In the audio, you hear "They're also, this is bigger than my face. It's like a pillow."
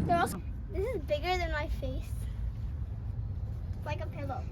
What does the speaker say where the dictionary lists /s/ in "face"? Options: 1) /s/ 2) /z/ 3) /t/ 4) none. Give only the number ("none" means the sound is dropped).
4